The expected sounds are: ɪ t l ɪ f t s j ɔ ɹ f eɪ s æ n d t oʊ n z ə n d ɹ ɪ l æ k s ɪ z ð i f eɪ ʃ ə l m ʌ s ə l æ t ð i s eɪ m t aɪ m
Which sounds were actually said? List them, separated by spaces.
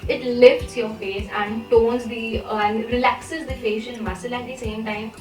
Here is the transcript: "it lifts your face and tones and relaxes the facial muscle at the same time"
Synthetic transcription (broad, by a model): ɪ t l ɪ f t s j ɔ ɹ f eɪ s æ n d t oʊ n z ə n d ɹ ɪ l æ k s ɪ z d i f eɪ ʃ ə n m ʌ s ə l æ t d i s eɪ m t aɪ m